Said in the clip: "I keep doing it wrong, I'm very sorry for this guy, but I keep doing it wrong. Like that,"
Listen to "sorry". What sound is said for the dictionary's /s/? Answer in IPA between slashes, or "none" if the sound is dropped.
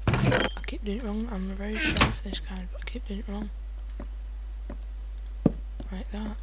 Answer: /ʃ/